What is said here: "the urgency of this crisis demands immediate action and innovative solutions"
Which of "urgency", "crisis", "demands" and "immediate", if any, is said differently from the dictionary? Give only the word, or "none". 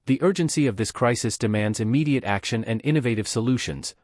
none